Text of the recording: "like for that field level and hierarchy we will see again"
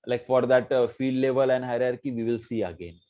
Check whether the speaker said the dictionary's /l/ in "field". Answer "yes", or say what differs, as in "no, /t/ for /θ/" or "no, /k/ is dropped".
no, /l/ is dropped